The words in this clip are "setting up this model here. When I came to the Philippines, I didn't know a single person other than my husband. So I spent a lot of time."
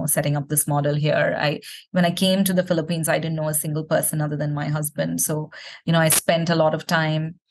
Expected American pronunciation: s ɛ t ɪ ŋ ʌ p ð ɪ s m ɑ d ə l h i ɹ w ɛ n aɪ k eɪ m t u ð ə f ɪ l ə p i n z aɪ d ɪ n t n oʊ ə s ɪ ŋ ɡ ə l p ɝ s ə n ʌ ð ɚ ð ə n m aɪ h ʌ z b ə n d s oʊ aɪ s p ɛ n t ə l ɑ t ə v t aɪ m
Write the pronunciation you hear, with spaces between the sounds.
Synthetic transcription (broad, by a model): s ɛ t ɪ ŋ ʌ p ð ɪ s m ɑ d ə l h i ɹ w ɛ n aɪ k eɪ m t u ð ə f ɪ l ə p i n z aɪ d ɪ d n oʊ ə s ɪ ŋ ɡ ə l p ɝ s ə n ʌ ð ɚ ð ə n m aɪ h ʌ z b ə n d s oʊ aɪ s p ɛ n t ə l ɑ t ə v t aɪ m